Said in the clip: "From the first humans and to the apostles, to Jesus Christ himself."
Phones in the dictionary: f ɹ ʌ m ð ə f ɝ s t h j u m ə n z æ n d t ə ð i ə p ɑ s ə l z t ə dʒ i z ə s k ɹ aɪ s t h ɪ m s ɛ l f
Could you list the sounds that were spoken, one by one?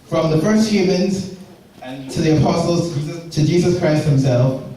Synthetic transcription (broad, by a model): f ɹ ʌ m ð ə f ɝ s t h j u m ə n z t ə ð i ə p ɑ s ə l z t ə dʒ i z ə s k ɹ aɪ s t h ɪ m s ɛ l f